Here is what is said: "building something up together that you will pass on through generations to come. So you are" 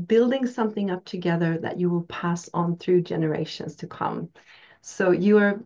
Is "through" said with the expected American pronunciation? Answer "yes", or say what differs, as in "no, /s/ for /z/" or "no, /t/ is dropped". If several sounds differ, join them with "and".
yes